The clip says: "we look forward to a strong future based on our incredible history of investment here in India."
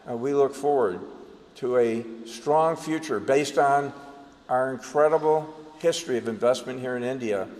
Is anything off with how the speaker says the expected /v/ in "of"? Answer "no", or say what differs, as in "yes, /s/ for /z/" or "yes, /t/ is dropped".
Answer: no